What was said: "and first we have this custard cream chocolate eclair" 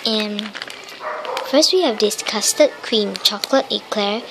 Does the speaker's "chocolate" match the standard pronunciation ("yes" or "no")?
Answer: yes